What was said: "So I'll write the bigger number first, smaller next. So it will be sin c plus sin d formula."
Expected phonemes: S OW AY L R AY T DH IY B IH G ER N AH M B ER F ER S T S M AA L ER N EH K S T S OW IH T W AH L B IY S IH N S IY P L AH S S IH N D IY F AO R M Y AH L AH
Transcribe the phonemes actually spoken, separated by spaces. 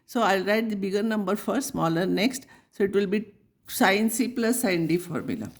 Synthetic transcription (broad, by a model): S OW AY L R AY T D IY B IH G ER N AH M B ER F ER T S M AA L ER N EH K S T S OW IH T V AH L B IY S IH N S IY P L AH S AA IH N D IY F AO R M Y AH L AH